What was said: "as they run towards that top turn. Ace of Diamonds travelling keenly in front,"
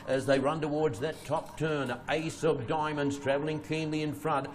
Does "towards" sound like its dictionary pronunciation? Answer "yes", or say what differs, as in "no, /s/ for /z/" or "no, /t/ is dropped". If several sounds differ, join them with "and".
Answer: yes